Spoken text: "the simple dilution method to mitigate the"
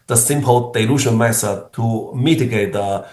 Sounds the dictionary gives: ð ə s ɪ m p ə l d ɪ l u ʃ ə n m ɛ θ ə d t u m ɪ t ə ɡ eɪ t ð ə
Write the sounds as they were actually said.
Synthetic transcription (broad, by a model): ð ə s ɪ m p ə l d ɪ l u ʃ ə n m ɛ s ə t u m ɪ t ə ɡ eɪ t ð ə